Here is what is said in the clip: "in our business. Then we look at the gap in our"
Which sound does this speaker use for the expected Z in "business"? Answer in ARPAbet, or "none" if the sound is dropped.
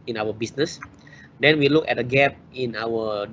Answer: S